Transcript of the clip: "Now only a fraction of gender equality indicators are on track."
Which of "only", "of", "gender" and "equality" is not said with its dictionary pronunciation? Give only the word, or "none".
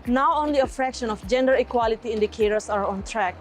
of